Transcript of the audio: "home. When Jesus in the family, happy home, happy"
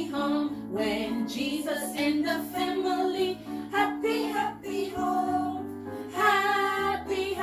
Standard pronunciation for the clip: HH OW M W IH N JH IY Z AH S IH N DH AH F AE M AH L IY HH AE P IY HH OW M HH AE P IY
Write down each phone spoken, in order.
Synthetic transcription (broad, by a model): HH OW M W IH N JH IY Z AH S IH N DH AH F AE M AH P IY HH AE P IY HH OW HH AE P IY